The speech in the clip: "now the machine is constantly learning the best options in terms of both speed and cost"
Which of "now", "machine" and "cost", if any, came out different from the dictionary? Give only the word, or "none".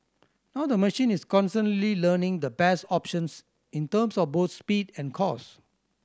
cost